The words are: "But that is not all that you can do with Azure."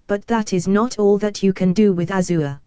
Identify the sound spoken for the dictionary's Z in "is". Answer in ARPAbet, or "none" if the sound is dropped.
Z